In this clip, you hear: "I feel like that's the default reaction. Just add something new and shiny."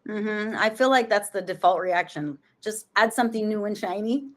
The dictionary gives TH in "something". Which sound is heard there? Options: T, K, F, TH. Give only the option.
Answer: TH